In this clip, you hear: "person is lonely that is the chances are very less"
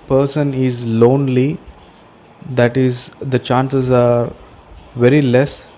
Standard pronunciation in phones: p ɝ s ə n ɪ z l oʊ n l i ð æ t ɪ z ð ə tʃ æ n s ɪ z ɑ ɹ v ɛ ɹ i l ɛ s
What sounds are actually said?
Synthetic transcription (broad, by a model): p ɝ s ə n ɪ z l oʊ n l i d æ t ɪ z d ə tʃ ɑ n s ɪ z ɑ ɹ v ɛ ɹ i l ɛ s